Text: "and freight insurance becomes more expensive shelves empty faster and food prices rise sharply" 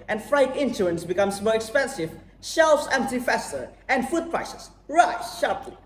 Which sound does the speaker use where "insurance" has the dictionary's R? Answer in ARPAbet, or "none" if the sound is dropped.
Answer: none